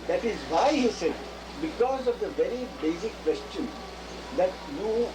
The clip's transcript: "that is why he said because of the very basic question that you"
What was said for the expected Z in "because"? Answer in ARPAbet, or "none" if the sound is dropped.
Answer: Z